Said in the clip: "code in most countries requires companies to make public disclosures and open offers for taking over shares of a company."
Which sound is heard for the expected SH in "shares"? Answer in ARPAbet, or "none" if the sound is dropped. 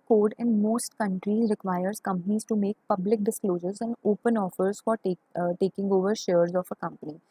SH